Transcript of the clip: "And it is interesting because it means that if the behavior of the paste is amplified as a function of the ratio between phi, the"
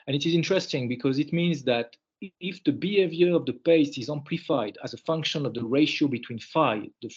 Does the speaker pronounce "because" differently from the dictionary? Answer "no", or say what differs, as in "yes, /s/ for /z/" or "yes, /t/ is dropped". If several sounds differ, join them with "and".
no